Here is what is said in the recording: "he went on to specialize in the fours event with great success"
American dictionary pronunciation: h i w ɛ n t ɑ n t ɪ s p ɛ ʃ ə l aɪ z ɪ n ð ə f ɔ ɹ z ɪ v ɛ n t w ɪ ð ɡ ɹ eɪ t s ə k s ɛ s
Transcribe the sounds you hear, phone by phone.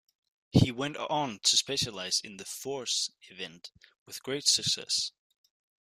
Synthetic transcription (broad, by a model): h i w ɛ n t n t ɪ s p ɛ ʃ ə l aɪ z ɪ n ð ə f ɔ ɹ s ɪ v ɛ n t w ɪ ð ɡ ɹ eɪ t s ə k s ɛ s